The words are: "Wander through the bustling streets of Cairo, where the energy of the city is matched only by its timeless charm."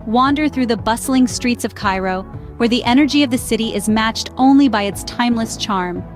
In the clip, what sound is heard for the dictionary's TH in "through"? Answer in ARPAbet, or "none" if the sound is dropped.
TH